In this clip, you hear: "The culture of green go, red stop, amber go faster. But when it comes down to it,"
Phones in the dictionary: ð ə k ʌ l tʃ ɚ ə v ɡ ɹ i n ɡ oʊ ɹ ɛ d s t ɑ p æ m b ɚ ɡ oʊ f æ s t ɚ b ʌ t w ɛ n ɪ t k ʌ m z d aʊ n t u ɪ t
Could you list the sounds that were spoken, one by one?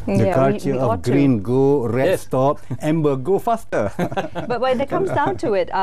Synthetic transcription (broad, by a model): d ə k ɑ tʃ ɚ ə ɡ ɹ i n ɡ oʊ ɹ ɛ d s t ɑ p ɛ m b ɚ ɡ oʊ f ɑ s t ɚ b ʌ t w ɛ n ɪ t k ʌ m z d aʊ n t u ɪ t